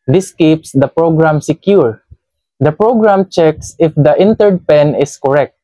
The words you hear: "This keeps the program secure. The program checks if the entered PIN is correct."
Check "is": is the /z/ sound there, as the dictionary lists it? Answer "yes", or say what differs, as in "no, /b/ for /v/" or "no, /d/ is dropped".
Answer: no, /s/ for /z/